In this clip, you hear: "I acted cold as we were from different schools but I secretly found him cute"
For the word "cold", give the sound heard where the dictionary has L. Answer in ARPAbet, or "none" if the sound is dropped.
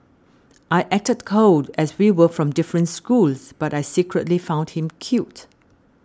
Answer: none